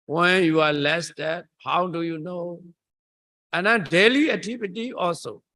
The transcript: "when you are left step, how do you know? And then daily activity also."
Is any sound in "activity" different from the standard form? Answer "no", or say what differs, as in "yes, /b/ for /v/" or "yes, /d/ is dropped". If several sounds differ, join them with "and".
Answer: yes, /k/ is dropped and /p/ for /v/